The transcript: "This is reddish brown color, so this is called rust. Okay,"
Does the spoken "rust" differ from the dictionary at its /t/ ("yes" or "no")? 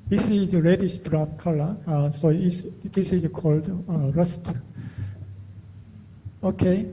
no